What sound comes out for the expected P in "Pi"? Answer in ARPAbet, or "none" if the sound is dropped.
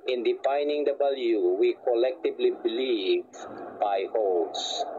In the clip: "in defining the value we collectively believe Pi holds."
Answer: B